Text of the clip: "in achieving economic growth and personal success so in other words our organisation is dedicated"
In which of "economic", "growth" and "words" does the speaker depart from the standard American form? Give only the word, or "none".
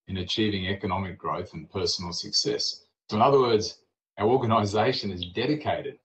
none